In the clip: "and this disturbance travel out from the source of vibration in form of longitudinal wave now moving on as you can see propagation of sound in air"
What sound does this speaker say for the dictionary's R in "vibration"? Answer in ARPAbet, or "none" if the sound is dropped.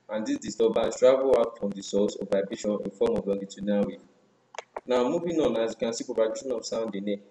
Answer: none